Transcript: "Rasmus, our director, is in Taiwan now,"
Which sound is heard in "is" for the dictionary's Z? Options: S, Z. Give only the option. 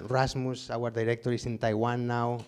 S